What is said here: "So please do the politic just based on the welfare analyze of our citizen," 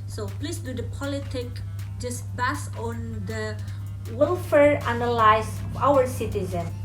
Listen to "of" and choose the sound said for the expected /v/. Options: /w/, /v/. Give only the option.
/w/